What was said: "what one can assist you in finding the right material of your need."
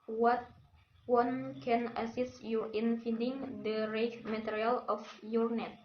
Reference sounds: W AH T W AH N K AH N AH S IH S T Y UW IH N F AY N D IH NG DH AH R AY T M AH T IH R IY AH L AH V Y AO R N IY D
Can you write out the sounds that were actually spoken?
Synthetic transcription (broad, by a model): W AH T W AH N K AH N AH S IH S T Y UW IH N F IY D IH NG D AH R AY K M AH T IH R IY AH L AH F Y AO R N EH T